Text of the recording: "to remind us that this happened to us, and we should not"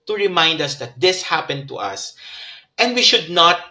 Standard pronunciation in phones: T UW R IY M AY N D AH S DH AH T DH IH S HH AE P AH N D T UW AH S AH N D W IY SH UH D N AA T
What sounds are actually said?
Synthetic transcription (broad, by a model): T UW R IY M AY N D AH S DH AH T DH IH S HH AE P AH N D T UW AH S AH N D W IY SH UH D N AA T